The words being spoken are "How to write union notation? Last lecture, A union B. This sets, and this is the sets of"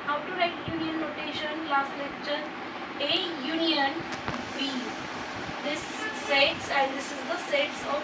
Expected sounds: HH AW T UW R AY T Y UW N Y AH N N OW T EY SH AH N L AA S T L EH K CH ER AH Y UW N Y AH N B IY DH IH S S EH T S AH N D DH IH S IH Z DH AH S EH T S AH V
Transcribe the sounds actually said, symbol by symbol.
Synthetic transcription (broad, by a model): HH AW T UW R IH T Y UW N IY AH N N OW T EY SH AH N L AA S T L EH K CH ER AH Y UW N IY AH N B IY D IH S S EH T S AH N D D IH S IH Z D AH S EH T S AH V